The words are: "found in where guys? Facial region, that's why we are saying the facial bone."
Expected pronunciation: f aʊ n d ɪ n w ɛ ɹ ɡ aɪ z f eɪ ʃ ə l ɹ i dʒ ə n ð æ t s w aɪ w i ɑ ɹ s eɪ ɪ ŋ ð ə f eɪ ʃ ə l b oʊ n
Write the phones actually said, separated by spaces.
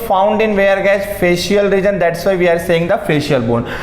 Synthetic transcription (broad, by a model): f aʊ n d ɪ n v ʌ ɹ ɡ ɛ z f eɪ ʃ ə l ɹ i dʒ ə n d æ t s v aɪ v i ɑ ɹ s eɪ ɪ ŋ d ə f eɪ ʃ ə l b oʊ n